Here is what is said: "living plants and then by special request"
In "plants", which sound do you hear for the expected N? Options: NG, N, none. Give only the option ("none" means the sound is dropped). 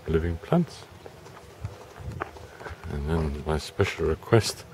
N